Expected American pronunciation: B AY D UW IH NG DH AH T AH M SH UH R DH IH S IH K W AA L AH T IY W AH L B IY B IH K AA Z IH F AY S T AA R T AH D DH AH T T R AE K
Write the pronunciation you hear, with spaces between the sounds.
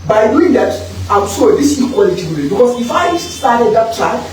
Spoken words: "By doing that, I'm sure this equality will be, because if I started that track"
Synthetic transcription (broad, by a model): B AY D UW IH NG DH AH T AH M S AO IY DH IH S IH K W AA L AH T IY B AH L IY B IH K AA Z IH F AY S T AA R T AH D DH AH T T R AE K